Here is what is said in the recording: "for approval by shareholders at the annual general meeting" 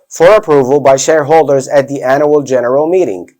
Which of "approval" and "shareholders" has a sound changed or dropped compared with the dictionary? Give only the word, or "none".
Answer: none